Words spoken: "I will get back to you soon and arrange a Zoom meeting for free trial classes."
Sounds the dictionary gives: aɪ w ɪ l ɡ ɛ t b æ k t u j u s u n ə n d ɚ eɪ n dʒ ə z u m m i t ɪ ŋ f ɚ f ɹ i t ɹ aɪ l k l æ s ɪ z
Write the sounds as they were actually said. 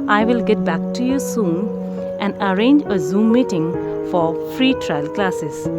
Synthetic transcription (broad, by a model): aɪ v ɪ l ɡ ɛ t b æ k t u j u s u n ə n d ɚ eɪ n dʒ ə z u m m i t ɪ ŋ f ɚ f ɹ i t ɹ aɪ l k l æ s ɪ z